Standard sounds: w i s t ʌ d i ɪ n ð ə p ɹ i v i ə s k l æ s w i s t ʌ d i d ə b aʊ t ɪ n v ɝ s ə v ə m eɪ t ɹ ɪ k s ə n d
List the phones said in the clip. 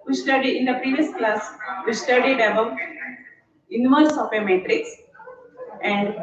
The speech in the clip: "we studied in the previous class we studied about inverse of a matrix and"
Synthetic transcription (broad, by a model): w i s t ʌ d i ɪ n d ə p ɹ i v i ə s k l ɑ s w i s t ʌ d i d ə b aʊ t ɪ n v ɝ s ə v ə m eɪ t ɹ ɪ k s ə n d